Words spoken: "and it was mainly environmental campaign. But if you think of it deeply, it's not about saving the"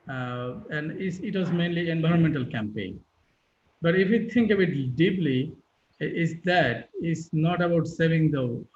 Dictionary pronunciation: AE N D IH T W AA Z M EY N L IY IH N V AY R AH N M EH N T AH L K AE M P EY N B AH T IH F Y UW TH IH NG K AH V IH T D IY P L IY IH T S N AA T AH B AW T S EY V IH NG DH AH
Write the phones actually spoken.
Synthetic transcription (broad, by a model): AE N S IH T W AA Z M EY N L IY IH N V AY R AH N M EH N T AH L K AE M P EY N B AH T IH F Y UW T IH NG K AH B IH T D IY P L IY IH T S N AA T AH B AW T S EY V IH NG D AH